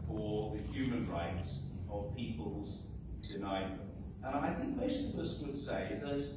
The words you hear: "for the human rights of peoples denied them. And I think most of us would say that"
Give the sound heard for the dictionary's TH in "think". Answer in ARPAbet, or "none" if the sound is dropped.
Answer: TH